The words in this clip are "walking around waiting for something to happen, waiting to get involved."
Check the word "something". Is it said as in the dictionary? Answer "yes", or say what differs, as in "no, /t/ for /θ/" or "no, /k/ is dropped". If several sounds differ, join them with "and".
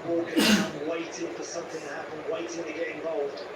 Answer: yes